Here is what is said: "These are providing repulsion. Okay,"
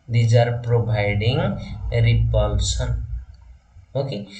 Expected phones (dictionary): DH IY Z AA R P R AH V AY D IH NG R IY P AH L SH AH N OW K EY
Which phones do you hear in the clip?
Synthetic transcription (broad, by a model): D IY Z AA R P R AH B AY D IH NG R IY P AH L S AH N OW K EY